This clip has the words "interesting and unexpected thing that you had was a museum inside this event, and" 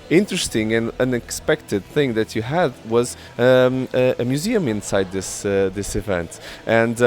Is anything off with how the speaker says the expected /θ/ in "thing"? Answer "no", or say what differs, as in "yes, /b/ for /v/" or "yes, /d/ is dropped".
no